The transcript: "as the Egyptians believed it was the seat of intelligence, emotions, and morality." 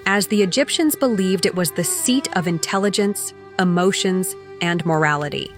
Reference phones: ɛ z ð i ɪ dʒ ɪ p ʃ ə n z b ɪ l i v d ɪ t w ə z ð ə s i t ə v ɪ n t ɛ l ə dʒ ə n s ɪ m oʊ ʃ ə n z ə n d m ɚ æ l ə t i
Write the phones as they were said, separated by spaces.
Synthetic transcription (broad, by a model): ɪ z ð i ɪ dʒ ɪ p ʃ ə n z b ɪ l i v d ɪ t w ə z ð ə s i t ə v ɪ n t ɛ l ə dʒ ə n s ɪ m oʊ ʃ ə n z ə n m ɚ æ l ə t i